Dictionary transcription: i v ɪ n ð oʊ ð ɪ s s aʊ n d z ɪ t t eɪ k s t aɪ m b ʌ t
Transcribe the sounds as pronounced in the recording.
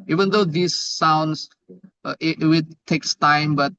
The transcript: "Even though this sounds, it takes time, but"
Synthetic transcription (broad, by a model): i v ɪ n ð oʊ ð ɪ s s aʊ n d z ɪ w t eɪ k s t aɪ m b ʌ t